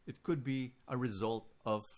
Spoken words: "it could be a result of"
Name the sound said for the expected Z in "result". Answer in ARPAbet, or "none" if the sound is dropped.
Z